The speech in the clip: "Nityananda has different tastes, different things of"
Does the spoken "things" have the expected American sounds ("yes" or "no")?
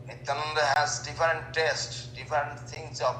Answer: no